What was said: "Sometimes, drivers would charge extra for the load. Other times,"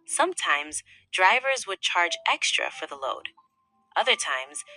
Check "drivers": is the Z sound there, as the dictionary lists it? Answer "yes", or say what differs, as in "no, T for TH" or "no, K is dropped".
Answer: yes